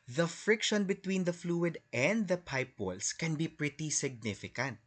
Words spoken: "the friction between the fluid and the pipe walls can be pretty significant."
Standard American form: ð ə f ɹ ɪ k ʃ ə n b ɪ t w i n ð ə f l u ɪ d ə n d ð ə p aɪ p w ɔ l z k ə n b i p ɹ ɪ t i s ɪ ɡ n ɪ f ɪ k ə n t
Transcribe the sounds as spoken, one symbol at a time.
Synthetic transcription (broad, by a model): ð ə f ɹ ɪ k ʃ ə n b ɪ t w i n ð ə f l u ɪ d ə n d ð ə p aɪ p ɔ l s k ə n b i p ɹ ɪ t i s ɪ ɡ n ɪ f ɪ k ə n t